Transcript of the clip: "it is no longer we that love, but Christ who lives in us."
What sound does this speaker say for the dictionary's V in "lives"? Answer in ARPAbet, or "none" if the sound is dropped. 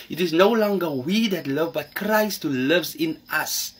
V